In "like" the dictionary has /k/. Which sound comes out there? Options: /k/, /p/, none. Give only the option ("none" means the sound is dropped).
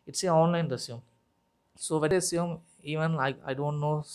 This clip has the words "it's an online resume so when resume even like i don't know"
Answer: none